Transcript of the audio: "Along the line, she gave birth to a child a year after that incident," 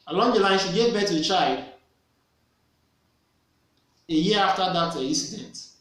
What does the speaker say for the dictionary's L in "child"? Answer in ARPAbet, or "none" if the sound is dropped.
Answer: L